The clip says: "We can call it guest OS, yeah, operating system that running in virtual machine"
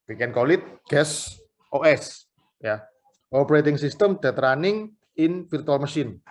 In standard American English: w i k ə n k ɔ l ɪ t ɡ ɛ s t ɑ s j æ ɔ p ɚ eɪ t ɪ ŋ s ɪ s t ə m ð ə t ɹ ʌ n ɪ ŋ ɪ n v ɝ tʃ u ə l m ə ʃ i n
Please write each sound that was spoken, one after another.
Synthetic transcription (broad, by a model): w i k ə n k ɔ l ɪ t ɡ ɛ s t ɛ s j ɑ ɔ p ɚ eɪ t ɪ ŋ s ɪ s t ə m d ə t ɹ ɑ n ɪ ŋ ɪ n f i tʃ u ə l m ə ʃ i n